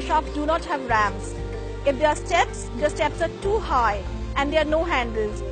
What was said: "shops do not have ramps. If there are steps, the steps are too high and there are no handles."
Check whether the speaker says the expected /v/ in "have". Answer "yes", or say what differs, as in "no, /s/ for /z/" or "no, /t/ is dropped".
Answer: yes